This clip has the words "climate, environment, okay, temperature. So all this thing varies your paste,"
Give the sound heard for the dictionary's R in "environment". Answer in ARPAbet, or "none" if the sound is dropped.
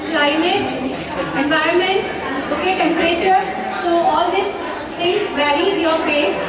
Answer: R